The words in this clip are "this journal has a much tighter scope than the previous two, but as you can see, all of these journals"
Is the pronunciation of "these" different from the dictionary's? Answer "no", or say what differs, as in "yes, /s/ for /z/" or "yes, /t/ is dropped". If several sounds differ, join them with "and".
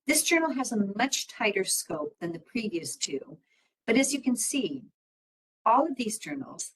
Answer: no